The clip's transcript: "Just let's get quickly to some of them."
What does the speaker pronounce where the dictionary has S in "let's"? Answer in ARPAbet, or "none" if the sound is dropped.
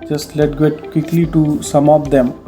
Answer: none